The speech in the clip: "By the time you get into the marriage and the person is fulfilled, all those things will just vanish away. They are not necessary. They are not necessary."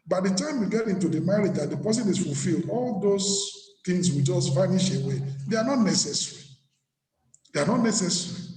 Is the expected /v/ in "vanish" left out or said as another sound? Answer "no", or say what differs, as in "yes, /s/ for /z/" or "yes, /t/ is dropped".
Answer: yes, /f/ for /v/